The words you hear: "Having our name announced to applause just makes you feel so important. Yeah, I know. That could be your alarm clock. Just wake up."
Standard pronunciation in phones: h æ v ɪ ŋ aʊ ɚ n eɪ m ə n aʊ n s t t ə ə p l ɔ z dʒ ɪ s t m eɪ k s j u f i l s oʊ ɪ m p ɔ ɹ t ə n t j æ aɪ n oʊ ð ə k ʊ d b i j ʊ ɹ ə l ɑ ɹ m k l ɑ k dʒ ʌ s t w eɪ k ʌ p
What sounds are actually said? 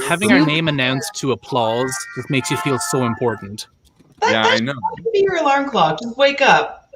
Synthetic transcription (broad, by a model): h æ v ɪ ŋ aʊ ɚ n eɪ m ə n aʊ n s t t ə ə p l ɔ z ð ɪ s m eɪ k s j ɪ f i l s oʊ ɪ m p ɔ ɹ t n t j æ aɪ n oʊ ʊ b i j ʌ ɹ ə l ɑ ɹ m k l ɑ dʒ ʌ s t w eɪ k ʌ p